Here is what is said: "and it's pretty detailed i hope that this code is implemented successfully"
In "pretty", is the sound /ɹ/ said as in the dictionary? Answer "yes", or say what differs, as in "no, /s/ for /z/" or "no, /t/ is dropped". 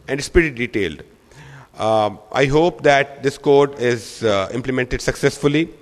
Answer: no, /ɹ/ is dropped